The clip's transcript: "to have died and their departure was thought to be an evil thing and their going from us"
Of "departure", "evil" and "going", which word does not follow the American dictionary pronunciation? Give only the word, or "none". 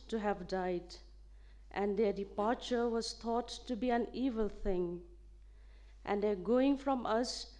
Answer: none